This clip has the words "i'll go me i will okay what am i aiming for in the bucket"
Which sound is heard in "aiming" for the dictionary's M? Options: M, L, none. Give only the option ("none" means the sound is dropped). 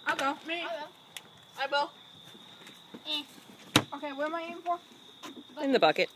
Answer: none